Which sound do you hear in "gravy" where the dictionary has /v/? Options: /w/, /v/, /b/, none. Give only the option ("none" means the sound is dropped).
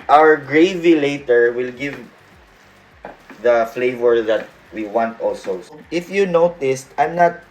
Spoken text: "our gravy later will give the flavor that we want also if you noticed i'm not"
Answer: /v/